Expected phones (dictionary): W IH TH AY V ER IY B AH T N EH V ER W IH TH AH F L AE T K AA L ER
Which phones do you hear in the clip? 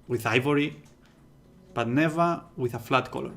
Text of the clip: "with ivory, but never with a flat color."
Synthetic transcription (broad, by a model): W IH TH AY V ER IY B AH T N EH V ER W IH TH AH F L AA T K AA L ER